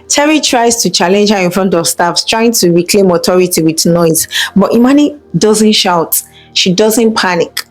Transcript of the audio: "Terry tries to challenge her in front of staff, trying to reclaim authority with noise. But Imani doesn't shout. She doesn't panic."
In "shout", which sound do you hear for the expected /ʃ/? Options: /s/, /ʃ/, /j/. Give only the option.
/ʃ/